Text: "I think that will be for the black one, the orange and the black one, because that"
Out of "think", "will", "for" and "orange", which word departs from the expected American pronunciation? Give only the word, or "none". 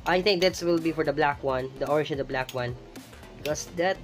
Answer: orange